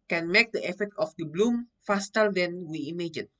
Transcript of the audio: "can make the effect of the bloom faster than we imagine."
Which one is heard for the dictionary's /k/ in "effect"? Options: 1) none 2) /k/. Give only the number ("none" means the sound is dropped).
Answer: 1